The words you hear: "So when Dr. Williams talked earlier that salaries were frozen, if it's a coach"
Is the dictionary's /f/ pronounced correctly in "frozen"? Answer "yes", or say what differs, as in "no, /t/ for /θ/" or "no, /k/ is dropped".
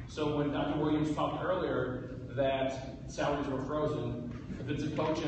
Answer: yes